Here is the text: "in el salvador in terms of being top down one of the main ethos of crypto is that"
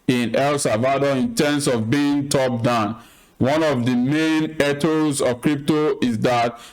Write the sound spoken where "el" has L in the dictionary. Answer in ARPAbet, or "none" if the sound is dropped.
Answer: L